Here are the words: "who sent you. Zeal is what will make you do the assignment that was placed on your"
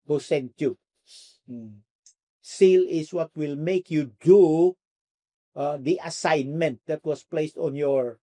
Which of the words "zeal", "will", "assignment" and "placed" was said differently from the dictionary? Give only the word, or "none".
zeal